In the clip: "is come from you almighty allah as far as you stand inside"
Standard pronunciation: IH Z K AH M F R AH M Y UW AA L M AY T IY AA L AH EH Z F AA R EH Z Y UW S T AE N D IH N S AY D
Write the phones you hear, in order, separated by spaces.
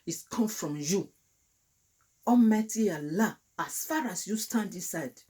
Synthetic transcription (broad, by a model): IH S K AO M F R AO M Y UW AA M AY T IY AA L AH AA S F AA R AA S Y UW S T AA N D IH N S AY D